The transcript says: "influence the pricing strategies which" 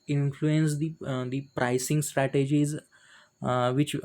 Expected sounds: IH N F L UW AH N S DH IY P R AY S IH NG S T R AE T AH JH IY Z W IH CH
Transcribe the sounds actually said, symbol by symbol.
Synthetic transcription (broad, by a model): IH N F L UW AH N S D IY P R AY S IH NG S T R AE T AH JH IY Z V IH CH